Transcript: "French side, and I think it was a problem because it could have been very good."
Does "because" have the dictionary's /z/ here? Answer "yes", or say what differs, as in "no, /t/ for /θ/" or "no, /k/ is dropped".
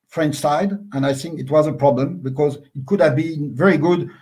yes